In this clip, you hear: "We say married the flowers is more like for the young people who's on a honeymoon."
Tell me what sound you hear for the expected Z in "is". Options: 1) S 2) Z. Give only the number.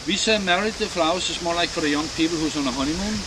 1